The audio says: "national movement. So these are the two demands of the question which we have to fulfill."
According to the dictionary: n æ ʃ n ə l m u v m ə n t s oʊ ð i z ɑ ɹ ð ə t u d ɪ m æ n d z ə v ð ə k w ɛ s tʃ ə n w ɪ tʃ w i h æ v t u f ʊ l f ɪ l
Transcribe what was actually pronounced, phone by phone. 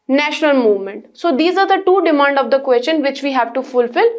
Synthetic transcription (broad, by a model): n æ ʃ n ə l m u v m ə n t s oʊ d i z ɑ ɹ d ə t u d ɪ m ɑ n d ə v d ə k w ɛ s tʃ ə n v ɪ tʃ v i h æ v t u f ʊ l f ɪ l